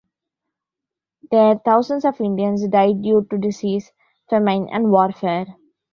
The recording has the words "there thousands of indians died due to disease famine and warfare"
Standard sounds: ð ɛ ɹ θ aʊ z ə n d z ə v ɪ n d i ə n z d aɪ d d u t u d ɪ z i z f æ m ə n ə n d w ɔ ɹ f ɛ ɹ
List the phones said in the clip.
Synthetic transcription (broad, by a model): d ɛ ɹ t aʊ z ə n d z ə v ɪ n d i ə n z d aɪ d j u t u d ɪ s i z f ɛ m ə n ə n d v ɔ ɹ f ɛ ɹ